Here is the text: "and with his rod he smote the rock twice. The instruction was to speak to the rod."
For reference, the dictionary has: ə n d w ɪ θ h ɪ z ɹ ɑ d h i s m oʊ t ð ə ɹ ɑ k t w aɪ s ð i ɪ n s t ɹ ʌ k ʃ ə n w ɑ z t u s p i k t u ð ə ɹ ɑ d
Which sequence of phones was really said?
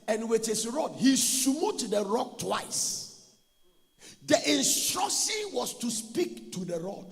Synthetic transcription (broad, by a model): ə n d w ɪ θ h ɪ s ɹ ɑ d h i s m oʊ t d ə ɹ ɑ k t w aɪ s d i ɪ n s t ɹ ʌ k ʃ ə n w ɑ s t u s p i k t u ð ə ɹ ɑ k